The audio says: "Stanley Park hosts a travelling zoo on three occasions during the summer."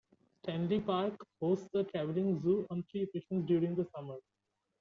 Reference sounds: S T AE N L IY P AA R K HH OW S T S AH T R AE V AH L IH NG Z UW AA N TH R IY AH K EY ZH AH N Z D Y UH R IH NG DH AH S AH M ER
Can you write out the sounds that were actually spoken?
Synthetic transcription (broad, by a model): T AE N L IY P AA R K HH OW S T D AH T R AE V AH L IH NG Z UW AA N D R IY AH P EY SH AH N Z D Y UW R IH NG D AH S AH M ER